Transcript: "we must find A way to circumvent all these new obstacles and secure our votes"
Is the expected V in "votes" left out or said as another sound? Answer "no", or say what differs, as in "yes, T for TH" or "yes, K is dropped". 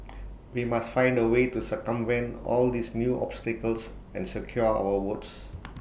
yes, W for V